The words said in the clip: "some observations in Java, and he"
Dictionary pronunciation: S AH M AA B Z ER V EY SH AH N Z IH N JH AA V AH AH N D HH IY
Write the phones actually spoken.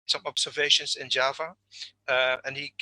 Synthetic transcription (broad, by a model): S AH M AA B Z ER V EY SH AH N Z IH N JH AA V AH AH N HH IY